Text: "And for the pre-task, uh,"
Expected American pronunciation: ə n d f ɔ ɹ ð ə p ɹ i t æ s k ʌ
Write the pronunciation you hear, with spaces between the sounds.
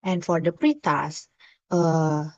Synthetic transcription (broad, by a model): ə n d f ɔ ɹ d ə p ɹ i t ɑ s ʌ